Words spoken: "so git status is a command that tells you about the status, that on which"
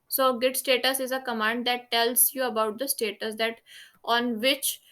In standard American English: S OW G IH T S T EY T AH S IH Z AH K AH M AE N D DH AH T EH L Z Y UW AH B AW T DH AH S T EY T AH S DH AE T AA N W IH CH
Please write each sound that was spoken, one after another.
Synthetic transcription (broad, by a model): S OW G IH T S T EY T AH S IH Z AH K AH M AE N D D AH T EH L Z Y UW AH B AW T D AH S T EY T AH S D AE T AA N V IH CH